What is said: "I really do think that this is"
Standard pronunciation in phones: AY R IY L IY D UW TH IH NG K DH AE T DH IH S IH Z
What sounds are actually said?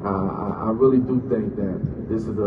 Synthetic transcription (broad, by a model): AY R IY L IY D UW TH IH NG K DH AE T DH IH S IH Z